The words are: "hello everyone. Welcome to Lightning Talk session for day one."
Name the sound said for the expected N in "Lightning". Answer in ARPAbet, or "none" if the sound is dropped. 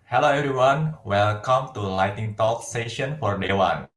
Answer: none